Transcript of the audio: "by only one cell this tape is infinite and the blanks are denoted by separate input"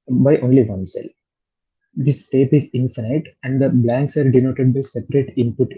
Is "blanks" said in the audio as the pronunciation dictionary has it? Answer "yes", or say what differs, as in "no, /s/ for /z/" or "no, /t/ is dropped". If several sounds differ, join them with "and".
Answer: yes